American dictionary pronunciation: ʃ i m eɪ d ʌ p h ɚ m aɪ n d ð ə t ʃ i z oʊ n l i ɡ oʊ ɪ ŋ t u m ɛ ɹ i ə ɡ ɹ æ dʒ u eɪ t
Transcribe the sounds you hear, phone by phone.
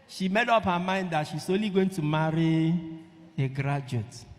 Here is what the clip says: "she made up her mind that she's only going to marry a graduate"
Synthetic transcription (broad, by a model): ʃ i m eɪ d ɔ p h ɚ m aɪ n d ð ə t ʃ i s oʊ l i ɡ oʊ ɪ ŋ t u m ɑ ɹ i ə ɡ ɹ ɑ dʒ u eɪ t